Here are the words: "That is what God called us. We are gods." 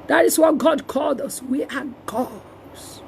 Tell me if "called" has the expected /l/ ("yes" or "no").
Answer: yes